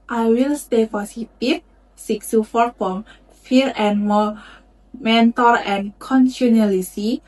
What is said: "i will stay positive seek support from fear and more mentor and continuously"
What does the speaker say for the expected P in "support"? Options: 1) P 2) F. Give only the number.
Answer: 2